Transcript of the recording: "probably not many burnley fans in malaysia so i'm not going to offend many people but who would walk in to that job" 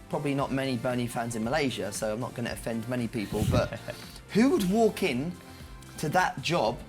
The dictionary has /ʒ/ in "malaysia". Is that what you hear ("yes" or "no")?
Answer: yes